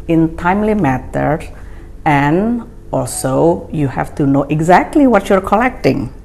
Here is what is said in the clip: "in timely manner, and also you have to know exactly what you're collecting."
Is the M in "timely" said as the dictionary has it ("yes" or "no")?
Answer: yes